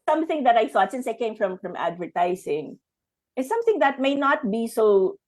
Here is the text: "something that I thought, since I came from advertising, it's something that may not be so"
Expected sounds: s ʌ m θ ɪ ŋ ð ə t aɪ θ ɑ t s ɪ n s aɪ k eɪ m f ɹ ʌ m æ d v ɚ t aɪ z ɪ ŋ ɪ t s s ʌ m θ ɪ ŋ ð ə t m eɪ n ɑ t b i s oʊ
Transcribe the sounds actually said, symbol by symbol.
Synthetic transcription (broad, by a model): s ʌ m θ ɪ ŋ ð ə t aɪ θ ɑ t s ɪ n s aɪ k eɪ m f ɹ ʌ m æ d v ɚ t aɪ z ɪ ŋ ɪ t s s ʌ m θ ɪ ŋ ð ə t m eɪ n ɑ t b i s oʊ